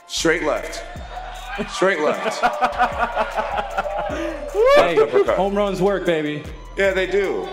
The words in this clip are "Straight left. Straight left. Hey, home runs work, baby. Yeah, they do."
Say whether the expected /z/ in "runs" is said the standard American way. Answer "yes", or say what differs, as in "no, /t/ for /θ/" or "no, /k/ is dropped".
yes